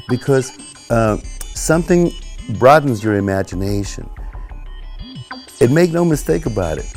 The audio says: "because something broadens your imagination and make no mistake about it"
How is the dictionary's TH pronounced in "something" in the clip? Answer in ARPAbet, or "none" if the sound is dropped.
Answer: TH